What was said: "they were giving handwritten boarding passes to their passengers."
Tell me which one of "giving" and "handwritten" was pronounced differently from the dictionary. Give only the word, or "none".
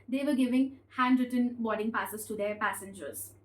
none